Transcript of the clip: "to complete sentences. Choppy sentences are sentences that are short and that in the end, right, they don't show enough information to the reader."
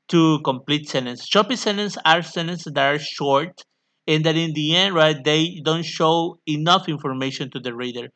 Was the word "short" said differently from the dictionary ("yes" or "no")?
no